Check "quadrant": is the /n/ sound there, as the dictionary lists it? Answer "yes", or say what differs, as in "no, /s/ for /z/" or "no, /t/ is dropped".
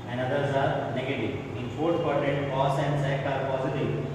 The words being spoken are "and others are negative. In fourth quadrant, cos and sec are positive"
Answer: no, /n/ is dropped